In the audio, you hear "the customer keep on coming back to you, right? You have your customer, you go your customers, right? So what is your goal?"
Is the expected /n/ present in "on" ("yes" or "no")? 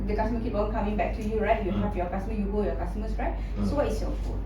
no